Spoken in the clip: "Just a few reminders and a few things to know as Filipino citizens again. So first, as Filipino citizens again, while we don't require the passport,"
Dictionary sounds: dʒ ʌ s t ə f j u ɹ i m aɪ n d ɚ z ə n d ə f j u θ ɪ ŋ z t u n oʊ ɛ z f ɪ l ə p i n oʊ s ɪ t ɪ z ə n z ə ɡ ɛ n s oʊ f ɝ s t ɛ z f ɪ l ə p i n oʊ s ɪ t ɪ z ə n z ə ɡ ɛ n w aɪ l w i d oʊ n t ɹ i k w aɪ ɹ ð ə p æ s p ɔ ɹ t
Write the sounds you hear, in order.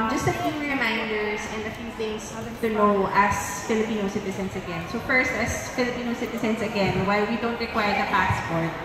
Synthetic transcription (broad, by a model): dʒ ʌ s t ə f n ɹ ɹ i m aɪ n d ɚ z ə n d ə f j u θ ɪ ŋ s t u n oʊ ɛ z f ɪ l ə p i n oʊ s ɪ t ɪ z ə n s ə ɡ ɛ n s oʊ f ɝ s t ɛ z f ɪ l ə p i n oʊ s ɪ t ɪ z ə n s ə ɡ ɛ n w aɪ l w i d oʊ n t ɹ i k w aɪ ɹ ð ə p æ s p ɔ ɹ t